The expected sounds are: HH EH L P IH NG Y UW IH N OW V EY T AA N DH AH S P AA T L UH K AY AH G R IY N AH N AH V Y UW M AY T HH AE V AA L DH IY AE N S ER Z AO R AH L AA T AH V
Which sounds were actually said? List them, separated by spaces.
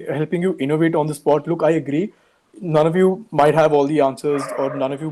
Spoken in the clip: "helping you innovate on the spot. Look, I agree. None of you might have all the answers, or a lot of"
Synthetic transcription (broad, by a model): HH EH L P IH NG Y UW IH N OW V EY T AA N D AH S P AA T L UH K AY AH G R IY N AH N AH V Y UW M AY T HH AE V AA L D IY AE N S ER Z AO R AH N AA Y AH